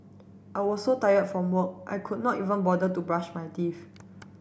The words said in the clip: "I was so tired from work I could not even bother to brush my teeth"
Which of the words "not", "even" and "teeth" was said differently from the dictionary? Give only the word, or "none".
teeth